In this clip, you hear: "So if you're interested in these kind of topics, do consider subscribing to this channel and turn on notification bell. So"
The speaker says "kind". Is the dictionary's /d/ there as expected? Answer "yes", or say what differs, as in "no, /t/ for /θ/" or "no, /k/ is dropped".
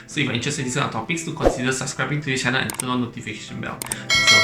no, /d/ is dropped